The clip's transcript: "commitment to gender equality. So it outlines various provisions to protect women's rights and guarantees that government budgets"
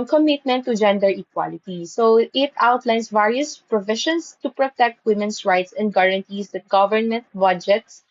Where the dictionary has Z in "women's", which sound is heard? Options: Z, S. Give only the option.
S